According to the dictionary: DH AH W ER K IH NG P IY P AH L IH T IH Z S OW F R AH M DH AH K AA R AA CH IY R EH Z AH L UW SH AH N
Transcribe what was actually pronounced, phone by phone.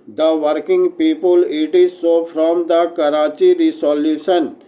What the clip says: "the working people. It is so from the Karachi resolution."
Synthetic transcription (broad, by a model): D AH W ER K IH NG P IY P AH L IH T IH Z S OW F R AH M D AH K AA R AA CH IY R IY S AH L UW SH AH N